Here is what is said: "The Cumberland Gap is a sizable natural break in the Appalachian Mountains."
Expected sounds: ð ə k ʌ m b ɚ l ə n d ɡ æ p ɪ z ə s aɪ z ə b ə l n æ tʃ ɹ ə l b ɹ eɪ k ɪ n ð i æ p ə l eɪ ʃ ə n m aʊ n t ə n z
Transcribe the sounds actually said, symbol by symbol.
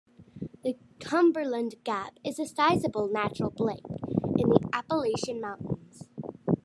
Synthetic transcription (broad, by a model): ð ə k ʌ m b ɚ l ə n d ɡ æ p ɪ z ə s aɪ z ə b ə l n æ tʃ ɹ ə l b l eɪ k ɪ n ð i æ p ə l eɪ ʃ ə n m aʊ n t n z